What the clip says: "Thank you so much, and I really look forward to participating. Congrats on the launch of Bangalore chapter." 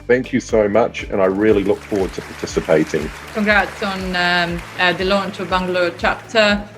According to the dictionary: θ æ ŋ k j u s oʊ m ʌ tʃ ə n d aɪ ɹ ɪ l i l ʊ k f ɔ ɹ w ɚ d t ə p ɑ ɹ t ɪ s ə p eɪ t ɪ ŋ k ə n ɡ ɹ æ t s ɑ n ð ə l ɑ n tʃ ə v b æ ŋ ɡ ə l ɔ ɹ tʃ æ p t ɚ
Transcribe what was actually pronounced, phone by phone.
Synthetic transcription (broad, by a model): θ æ ŋ k j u s oʊ m ʌ tʃ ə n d aɪ ɹ ɪ l i l ʊ k f ɔ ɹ w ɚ d t ə p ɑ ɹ t ɪ s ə p eɪ t ɪ ŋ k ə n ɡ ɹ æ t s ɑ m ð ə l ɑ n tʃ ə v b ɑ ŋ ɡ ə l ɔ tʃ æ p t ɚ